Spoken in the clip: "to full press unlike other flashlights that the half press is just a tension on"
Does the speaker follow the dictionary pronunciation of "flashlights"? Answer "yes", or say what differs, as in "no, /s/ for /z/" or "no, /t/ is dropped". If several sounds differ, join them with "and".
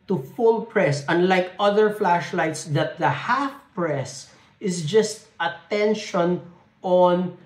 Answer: yes